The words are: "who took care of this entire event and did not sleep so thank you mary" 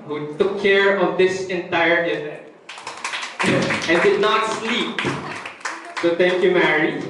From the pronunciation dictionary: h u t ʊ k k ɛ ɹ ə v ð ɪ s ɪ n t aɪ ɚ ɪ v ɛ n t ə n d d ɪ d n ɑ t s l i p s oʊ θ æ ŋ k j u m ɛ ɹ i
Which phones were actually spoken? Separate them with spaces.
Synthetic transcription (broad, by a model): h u t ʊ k k ɛ ɹ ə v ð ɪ s ɪ n t aɪ ɚ ɪ v ɛ n t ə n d d ɪ d n ɑ t s l i p s oʊ t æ ŋ k j u m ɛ ɹ i